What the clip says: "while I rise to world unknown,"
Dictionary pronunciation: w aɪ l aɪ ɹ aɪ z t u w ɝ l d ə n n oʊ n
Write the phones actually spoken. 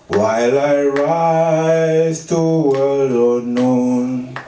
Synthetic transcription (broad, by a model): w aɪ l aɪ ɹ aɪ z t u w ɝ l ə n n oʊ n